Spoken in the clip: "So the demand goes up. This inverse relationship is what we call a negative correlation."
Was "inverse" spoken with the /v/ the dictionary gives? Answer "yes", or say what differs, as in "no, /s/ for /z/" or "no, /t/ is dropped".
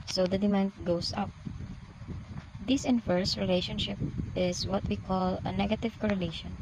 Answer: no, /f/ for /v/